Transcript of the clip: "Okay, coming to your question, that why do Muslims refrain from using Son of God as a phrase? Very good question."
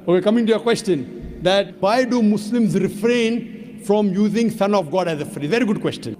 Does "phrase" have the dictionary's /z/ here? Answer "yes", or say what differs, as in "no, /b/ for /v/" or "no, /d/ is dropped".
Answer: no, /z/ is dropped